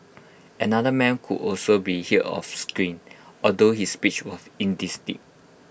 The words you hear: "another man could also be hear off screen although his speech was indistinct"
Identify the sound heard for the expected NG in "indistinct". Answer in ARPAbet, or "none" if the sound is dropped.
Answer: none